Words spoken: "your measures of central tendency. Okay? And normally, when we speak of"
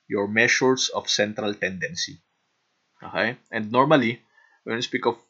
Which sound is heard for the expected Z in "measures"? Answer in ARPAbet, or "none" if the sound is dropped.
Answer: S